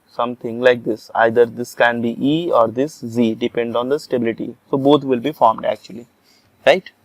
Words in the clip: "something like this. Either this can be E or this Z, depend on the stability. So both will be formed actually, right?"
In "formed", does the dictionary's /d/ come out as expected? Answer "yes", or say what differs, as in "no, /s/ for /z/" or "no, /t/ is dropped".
yes